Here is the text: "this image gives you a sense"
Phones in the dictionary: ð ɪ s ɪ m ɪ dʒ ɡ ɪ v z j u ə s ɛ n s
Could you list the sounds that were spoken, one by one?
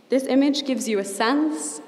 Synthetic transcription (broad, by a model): ð ɪ s ɪ m ɪ dʒ ɡ ɪ v z j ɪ ə s ɛ n s